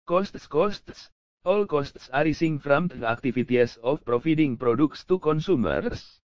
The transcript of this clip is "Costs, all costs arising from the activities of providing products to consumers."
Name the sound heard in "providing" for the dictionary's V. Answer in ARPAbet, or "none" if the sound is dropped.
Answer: F